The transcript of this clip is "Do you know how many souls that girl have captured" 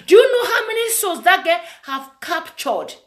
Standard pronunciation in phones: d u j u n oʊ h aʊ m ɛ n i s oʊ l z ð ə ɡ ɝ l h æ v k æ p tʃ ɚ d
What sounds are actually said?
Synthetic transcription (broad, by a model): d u j u n oʊ h aʊ m ɛ n i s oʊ z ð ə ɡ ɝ h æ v k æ p tʃ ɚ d